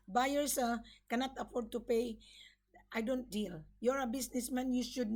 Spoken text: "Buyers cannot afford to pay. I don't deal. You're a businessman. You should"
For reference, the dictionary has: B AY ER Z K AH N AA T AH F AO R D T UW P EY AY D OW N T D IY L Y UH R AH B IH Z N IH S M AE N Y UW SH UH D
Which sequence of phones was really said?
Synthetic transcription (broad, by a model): B AY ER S K AH N AA T AH F AO R D T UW P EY AY D OW N T D IY L Y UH R AH B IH S N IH S M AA N Y UW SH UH D